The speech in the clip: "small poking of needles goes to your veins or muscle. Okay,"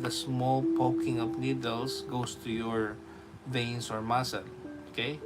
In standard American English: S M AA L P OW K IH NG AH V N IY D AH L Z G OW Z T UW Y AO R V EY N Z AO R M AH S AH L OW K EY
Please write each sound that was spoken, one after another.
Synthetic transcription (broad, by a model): S M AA L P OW K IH NG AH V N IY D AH L S G OW S T UW Y AO R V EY N S AO R M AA S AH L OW K EY